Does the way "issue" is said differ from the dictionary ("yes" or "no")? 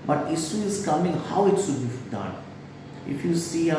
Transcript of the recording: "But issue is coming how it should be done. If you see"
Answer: yes